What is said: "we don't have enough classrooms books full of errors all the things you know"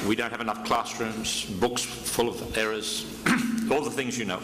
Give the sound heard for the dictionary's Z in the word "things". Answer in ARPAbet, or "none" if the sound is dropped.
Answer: Z